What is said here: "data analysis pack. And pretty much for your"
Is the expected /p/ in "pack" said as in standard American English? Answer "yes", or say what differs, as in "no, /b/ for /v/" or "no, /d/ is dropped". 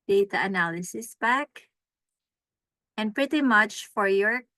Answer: no, /b/ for /p/